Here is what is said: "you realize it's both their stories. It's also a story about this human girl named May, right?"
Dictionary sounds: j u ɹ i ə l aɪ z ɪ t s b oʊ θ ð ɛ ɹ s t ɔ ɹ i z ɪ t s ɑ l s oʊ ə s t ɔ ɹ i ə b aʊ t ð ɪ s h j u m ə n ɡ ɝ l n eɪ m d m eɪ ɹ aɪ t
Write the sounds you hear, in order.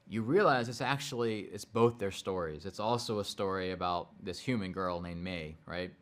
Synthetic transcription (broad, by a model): j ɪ ɹ i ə l aɪ z ɪ t s b oʊ θ ð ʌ ɹ s t ɔ ɹ i z ɪ t s ɑ l s oʊ ə s t ɔ ɹ i ə b aʊ t ð ɪ s h j u m ə n ɡ ɝ l n eɪ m m eɪ ɹ aɪ t